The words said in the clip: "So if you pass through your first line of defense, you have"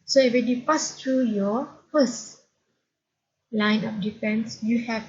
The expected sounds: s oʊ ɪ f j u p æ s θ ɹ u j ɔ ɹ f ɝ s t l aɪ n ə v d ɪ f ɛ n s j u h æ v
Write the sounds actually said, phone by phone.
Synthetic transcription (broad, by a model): s oʊ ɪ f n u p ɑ s t ɹ u j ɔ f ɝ s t l aɪ n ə p d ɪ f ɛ n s j u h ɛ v